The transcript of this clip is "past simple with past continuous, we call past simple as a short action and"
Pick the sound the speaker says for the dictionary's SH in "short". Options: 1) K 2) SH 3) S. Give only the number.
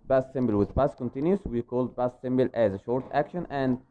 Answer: 2